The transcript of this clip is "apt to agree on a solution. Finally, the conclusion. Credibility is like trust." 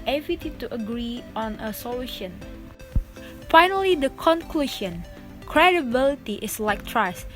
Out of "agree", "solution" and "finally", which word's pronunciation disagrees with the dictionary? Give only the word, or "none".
none